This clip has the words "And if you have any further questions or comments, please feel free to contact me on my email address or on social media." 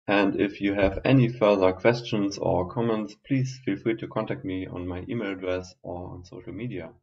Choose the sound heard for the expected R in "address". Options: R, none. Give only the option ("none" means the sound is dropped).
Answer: R